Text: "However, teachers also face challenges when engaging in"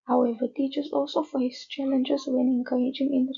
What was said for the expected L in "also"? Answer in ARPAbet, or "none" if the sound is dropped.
L